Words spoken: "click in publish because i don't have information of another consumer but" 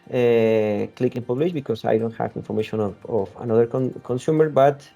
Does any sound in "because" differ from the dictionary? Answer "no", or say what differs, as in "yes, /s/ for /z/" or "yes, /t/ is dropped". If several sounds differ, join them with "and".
yes, /s/ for /z/